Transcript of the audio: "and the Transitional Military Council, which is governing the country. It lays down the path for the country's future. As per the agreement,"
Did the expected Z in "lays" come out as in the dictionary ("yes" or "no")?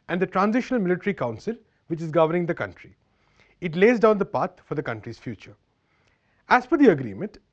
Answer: yes